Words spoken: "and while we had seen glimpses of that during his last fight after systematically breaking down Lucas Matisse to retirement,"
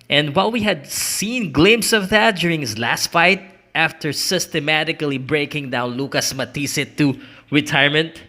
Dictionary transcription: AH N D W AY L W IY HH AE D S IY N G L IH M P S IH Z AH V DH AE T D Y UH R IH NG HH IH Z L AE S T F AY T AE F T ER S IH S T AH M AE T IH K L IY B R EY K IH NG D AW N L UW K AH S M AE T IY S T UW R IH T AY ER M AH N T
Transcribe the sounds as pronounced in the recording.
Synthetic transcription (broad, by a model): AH N D W AY L W IY HH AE D S IY N G L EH M S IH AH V DH AE T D Y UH R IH NG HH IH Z L AE S T F AY T AE F T ER S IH S T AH M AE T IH K L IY B R EY K IH NG D AW N L UW K AH S M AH T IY S T UW R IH T AY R M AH N T